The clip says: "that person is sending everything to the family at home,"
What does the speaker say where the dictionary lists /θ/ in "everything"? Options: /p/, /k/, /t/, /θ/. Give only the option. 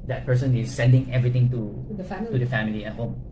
/t/